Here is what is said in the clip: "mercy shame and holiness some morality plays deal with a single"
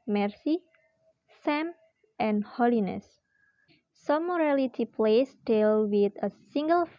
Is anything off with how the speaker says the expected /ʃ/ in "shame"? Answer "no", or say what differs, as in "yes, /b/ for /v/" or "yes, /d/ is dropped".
yes, /s/ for /ʃ/